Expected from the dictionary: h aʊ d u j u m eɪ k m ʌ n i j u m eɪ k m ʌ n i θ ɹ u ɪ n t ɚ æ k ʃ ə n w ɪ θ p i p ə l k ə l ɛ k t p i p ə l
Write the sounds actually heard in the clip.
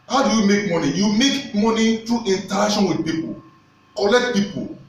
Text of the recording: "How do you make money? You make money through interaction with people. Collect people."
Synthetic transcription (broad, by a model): h aʊ d u j u m eɪ k m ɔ n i j u m eɪ k m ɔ n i t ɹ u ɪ n t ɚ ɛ ʃ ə n w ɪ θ p i p ə l k ə l ɛ k t p i p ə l